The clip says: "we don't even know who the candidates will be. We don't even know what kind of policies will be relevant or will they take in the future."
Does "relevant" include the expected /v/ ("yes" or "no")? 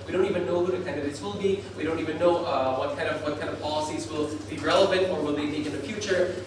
yes